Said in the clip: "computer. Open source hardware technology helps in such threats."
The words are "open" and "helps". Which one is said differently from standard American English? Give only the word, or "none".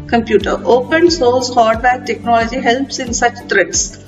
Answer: none